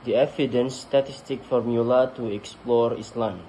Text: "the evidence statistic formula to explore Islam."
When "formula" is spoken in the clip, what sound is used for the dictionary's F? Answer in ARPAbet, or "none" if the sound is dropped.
F